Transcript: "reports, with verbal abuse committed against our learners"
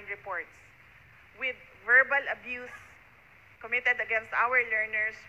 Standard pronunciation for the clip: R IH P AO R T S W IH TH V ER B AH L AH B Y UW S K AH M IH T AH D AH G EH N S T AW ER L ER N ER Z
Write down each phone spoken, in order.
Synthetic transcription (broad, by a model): R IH P AO R T S W IH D V ER B AH L AH B Y UW S K AH M IH T AH D AH G EH N S T AW ER L ER N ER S